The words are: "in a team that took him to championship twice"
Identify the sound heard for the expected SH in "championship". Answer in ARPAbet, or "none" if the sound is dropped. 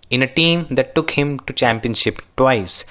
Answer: SH